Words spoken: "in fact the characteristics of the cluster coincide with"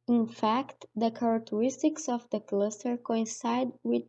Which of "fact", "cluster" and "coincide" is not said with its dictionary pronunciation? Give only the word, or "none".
none